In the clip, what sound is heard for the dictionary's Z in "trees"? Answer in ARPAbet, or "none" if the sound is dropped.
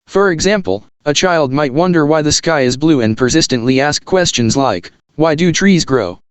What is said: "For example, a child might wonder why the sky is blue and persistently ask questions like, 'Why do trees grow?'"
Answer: Z